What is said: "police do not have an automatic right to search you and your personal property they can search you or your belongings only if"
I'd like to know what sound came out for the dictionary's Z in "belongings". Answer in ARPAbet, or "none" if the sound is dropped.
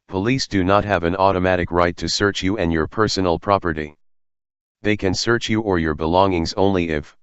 Z